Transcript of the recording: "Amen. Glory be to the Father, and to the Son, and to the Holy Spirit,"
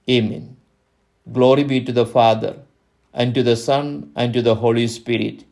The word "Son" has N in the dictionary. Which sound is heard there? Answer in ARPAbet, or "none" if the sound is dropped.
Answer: N